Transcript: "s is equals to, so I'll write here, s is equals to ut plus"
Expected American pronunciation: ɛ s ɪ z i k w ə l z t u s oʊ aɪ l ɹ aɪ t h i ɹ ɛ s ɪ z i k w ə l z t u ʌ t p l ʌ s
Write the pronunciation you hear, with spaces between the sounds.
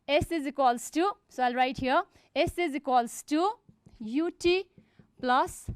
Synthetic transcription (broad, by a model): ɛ s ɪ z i k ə l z t u s oʊ aɪ l ɹ aɪ t h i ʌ ɛ s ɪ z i k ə l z t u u t p l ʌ s